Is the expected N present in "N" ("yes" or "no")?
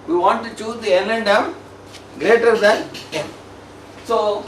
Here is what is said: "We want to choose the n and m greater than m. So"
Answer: no